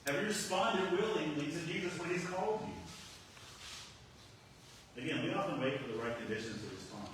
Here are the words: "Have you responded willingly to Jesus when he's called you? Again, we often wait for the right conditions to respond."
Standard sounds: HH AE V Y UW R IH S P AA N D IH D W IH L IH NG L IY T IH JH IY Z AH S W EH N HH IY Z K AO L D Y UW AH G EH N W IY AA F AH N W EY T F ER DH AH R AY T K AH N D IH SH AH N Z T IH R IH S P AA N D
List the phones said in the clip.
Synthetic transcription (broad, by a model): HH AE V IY R IH S P AA N D IH D W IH L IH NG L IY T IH JH IY Z AH S W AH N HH IY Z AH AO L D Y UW AH G EH N W IY AA F AH N W EY T F ER DH AH R AY T K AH N D IH SH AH N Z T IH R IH S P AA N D